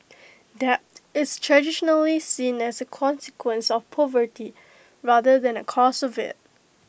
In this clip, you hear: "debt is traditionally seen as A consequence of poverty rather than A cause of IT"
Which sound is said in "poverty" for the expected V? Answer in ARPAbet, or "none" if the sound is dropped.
V